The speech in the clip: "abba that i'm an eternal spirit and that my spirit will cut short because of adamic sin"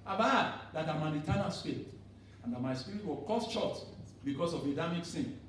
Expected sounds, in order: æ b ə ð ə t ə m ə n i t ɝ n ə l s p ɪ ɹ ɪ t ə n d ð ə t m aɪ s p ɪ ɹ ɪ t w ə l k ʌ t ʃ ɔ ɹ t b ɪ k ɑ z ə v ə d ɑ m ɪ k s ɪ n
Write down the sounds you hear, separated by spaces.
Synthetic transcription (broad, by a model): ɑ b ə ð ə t ə m ə n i t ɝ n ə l s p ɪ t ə n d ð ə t m aɪ s p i ɹ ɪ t w ə l k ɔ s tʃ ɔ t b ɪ k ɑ s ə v ə d ɑ m ɪ k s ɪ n